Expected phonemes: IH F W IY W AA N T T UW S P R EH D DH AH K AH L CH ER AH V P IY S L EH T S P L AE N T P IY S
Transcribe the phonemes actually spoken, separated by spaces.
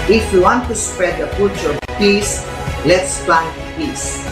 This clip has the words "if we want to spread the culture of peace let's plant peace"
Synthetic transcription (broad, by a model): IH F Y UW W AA N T T UW S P R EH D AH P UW CH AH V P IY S L EH T S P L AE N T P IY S